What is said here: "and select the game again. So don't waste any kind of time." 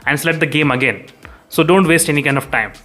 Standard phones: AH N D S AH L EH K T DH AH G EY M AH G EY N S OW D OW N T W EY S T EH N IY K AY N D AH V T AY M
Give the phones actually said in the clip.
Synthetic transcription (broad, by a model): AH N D S L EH T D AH G EY M AH G EY N S OW D OW N T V EY S T EH N IY K AY N D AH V T AY M